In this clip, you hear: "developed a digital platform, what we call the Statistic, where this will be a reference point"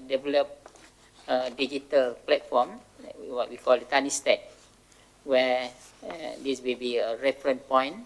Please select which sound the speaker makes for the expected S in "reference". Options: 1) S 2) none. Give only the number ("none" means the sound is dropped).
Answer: 2